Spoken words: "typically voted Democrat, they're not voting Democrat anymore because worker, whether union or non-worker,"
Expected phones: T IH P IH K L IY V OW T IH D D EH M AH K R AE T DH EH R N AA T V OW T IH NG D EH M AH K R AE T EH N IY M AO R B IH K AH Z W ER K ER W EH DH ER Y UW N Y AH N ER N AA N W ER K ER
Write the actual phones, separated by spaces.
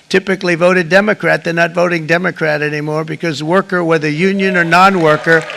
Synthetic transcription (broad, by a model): T IH P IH K L IY V OW T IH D D EH M AH K R AE T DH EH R N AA T V OW T IH NG D EH M AH K R AE T EH N IY M AO R B IH K AH Z W ER K ER W EH DH ER Y UW N Y AH N ER N AA N W ER K ER